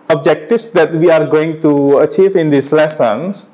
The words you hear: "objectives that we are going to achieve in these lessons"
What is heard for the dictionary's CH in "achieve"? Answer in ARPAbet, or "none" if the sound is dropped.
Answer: CH